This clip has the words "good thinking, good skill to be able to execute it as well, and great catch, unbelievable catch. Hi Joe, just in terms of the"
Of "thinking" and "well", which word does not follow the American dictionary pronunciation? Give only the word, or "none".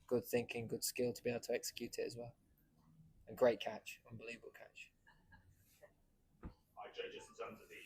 none